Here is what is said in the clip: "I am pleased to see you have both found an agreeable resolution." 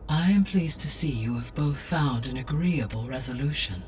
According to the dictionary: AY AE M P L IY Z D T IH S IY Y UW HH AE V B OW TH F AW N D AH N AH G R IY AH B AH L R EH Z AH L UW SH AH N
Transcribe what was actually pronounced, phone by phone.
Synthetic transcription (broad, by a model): AY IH M P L IY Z T IH S IY Y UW V B OW TH F AW N D AH N AH G R IY AH B AH L R EH Z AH L UW SH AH N